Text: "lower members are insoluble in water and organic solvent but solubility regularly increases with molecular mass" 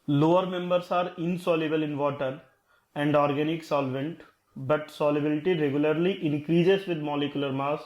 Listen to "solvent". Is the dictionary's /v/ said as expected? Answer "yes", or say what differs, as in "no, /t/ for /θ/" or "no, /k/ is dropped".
yes